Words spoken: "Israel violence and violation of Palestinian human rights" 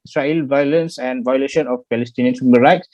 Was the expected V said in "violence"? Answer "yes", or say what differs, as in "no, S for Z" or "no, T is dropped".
yes